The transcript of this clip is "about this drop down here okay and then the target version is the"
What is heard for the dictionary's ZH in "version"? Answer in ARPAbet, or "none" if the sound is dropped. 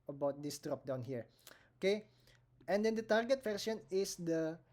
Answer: S